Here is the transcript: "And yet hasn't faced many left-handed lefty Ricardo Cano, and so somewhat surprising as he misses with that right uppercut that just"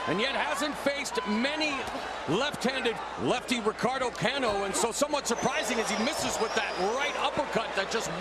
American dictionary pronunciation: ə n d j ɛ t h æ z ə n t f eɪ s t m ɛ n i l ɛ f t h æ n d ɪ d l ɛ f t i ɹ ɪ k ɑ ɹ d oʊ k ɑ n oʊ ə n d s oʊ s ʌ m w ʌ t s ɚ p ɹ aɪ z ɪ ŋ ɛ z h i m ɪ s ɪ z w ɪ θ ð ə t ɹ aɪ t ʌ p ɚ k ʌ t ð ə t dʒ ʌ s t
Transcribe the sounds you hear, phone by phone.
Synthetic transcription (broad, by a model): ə n j ɛ t h æ z ə n t f eɪ s t m ɛ n i l ɛ f t h æ n d ɪ d l ɛ f t i ɹ ɪ k ɑ ɹ d oʊ k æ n oʊ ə n s oʊ s ʌ m w ʌ t s ɚ p ɹ aɪ z ɪ ŋ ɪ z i m ɪ s ɪ z w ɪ ð ə t ɹ aɪ t ʌ p ɚ k ʌ t ð ə t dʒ ʌ s t